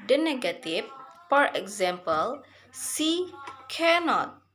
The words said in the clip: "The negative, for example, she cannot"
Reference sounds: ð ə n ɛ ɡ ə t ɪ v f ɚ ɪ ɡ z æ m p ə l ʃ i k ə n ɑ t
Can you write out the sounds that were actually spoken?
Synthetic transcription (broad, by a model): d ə n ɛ ɡ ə t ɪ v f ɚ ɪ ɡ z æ m p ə l s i k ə n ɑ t